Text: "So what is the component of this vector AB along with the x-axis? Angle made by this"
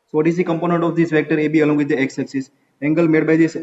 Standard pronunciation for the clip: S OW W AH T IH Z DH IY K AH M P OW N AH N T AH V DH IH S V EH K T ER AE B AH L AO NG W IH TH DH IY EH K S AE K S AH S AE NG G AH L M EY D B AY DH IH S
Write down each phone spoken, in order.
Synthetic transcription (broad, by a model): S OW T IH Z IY K AH M P OW N AH N T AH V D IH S V EH K T ER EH B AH L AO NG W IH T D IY EH K S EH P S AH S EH NG G AH L M EY D B AY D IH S